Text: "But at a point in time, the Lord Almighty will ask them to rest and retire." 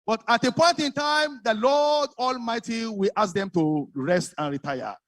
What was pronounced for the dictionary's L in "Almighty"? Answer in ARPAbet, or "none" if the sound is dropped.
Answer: L